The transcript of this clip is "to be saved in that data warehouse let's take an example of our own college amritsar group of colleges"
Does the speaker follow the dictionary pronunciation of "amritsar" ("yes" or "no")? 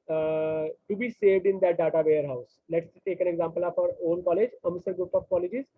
no